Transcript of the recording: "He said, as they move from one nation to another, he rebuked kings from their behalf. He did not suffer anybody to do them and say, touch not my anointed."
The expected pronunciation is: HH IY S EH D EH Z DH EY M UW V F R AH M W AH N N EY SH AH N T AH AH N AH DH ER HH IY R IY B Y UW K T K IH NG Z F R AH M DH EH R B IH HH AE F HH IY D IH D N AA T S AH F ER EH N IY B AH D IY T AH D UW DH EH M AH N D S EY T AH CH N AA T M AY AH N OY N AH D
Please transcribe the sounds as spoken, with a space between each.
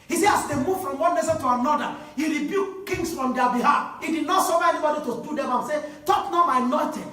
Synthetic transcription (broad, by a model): HH IY S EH AA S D EY M UW V F R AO M W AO N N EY S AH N T AH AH N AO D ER HH IY R IY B Y UW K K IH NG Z F R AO M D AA B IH HH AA F HH IY D IH D N AA T S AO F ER EH N IY B AH D IY T AH D UW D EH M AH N S EY T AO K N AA M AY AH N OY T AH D